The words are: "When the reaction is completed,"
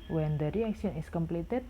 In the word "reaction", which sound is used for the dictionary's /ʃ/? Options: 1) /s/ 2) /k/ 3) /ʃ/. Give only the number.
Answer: 1